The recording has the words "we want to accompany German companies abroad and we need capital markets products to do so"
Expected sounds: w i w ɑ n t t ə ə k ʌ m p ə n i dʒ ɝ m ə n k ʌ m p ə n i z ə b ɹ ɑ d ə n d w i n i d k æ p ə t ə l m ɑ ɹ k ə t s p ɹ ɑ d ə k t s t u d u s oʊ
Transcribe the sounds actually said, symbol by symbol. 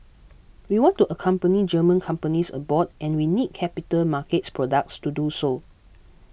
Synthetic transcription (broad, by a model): w i w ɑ n t t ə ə k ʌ m p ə n i dʒ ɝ m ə n k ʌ m p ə n i s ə b ɑ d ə n w i n i d k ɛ p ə t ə l m ɑ k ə t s p ɹ ɑ d ə k t s t u d u s oʊ